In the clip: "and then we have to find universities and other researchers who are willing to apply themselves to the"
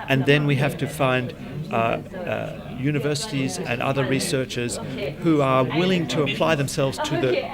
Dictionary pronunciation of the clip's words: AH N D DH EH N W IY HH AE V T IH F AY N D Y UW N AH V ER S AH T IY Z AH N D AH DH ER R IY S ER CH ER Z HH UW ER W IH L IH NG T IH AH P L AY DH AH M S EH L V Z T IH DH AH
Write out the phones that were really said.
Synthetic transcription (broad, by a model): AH N DH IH N W IY HH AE F T IH F AY N D Y UW N AH V ER S AH T IY Z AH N AH DH ER R IY S ER CH ER Z HH UW ER W IH L IH NG T IH AH P L AY DH AH M S EH L V Z T IH DH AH